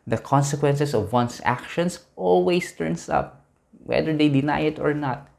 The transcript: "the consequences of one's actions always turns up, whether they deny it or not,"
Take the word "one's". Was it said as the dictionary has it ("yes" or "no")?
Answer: no